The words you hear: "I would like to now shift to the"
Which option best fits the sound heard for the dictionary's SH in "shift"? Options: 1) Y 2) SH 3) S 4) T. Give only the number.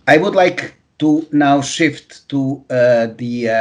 2